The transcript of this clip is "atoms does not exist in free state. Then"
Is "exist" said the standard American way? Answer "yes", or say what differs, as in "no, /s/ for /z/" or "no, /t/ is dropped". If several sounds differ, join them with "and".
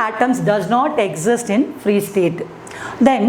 yes